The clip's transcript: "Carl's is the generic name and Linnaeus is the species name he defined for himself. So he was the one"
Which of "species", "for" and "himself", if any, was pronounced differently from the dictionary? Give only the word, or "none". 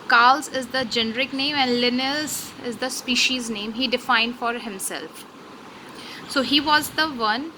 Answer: none